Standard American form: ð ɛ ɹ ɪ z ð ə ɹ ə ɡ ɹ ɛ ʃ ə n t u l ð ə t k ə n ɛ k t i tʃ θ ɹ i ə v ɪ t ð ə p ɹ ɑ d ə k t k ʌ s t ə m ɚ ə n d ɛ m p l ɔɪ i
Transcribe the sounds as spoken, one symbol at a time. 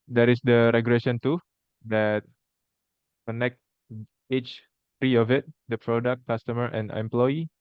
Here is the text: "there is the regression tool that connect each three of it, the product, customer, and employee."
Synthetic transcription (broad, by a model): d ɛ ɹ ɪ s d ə ɹ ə ɡ l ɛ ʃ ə n t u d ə t k ə n ɛ k t i tʃ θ ɹ i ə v ɪ t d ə p ɹ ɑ d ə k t k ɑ s t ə m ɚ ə n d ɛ m p l ɔɪ i